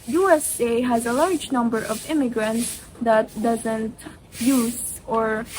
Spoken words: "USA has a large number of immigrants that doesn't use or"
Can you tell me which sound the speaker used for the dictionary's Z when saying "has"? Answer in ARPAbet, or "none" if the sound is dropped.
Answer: Z